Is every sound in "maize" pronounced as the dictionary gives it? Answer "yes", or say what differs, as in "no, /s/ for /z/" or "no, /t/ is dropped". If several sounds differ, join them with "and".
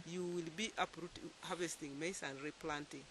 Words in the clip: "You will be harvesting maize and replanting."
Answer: no, /s/ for /z/